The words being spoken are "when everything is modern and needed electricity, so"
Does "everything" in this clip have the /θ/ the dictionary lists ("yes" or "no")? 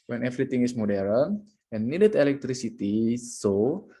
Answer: no